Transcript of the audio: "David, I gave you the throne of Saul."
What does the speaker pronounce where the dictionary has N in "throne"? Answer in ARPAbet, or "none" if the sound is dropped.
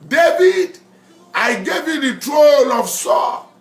L